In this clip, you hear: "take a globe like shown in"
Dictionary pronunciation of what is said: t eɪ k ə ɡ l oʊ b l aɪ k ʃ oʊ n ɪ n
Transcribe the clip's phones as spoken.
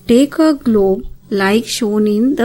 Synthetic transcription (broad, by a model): t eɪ k ə ɡ l oʊ b l aɪ k ʃ oʊ n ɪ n